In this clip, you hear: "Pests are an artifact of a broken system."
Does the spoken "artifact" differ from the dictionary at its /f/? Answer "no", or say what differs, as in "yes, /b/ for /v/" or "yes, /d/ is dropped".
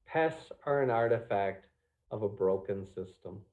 no